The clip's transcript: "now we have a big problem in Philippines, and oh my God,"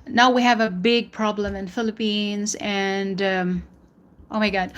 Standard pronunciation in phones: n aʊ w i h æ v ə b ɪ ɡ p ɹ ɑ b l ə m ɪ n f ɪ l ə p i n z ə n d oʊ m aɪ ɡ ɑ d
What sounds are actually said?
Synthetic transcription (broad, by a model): n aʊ w i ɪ v ə b ɪ ɡ p ɹ ɑ b l ə m ɪ n f ɪ l ə p i n z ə n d oʊ m aɪ ɡ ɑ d